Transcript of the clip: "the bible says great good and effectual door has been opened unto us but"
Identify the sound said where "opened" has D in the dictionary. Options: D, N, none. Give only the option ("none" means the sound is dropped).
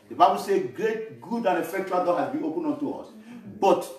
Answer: none